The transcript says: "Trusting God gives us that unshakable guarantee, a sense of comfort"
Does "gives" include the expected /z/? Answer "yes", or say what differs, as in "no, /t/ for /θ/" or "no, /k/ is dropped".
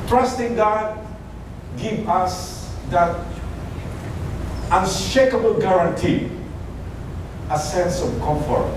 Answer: no, /z/ is dropped